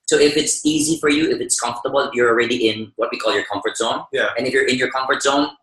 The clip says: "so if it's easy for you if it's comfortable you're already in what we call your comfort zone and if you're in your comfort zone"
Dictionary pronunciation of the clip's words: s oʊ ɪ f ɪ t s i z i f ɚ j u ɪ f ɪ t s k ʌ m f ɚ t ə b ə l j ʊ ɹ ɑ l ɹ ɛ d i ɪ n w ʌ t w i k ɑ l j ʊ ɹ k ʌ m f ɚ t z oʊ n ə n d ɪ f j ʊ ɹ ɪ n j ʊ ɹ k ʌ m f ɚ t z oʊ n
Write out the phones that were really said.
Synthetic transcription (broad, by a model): s oʊ ɪ f ɪ t s i z i f ɚ j u ɪ f ɪ t s k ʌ m f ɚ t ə b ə l j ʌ ɹ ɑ l ɹ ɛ d i ɪ n w ʌ t w i k ɑ l j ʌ ɹ k ʌ m f ɚ t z oʊ n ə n ɪ f j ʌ ɹ ɪ n j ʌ ɹ k ʌ m f ɚ t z oʊ n